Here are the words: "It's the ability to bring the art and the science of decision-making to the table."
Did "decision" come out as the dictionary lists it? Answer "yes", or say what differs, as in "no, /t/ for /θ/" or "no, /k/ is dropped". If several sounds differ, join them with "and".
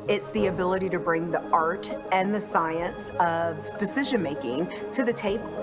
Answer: yes